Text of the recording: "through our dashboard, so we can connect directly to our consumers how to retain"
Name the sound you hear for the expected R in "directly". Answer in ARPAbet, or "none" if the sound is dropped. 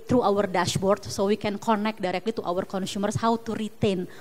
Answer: R